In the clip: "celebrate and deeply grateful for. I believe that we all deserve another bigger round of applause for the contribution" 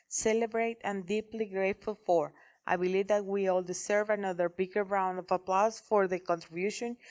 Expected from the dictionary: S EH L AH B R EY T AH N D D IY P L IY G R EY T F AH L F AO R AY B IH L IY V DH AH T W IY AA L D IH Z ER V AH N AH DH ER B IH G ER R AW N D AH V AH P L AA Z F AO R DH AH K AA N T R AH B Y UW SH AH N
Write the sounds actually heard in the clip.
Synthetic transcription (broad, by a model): S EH L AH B R EY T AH N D D IY P L IY G R EY T F AH L F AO R AY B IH L IY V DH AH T W IY AA L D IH S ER V AH N AH DH ER B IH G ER R AW N D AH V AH P L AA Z F AO R DH AH K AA N T R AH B Y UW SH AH N